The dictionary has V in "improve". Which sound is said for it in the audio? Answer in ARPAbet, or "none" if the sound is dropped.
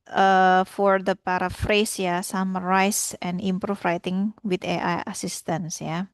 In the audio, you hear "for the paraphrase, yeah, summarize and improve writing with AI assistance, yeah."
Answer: F